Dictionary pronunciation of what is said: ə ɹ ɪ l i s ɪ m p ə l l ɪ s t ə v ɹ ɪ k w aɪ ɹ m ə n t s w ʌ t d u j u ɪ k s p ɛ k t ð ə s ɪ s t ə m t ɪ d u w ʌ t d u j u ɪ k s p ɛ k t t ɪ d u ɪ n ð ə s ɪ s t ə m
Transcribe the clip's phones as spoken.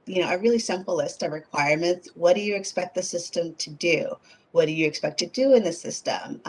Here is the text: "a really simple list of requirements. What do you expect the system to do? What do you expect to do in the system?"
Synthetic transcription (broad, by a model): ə ɹ ɪ l i s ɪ m p l l ɪ s t ə v ɹ ɪ k w aɪ ɹ m ə n t s w ʌ t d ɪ j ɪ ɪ k s p ɛ k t ð ə s ɪ s t ə m t ɪ d u w ʌ t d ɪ j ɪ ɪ k s p ɛ k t t ɪ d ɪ ɪ n ð ə s ɪ s t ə m